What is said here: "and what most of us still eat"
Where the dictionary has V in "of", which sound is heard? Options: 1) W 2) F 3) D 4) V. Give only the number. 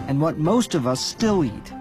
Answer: 4